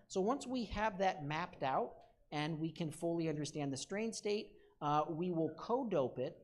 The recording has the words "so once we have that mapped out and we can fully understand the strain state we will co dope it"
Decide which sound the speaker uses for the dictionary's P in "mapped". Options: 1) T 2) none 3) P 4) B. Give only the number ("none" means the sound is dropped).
3